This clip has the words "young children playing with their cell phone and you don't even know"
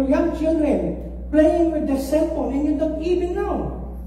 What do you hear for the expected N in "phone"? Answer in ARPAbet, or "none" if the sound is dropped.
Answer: L